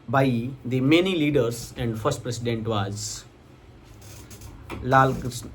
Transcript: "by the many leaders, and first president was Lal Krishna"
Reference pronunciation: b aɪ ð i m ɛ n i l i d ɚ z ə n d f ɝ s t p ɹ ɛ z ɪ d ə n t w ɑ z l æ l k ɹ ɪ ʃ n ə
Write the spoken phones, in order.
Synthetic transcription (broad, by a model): b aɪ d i m ɛ n i l i d ɚ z ə n d f ɝ s t p ɹ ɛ s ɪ d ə n t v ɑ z l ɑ l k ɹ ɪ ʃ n